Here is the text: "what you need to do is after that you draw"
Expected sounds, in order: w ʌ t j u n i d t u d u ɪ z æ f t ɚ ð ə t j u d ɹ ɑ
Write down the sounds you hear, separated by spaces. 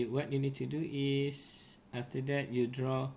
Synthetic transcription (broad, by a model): w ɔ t j u n i d t u d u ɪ s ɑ f t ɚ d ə t j u d ɹ ɑ